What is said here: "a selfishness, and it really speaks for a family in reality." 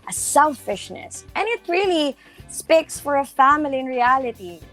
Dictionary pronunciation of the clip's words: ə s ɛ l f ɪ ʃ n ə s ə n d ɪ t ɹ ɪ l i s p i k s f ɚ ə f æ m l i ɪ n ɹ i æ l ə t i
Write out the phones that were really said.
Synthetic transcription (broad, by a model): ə s ɛ l f ɪ ʃ n ə s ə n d ɪ t ɹ ɪ l i s p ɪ k s f ɚ ə f æ m l i ɪ n ɹ i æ l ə t i